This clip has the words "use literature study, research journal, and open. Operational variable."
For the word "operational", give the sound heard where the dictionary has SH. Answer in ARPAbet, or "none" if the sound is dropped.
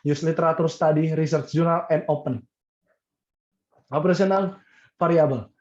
S